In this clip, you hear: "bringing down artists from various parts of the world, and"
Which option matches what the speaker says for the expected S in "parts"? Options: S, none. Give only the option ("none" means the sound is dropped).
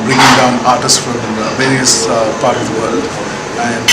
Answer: none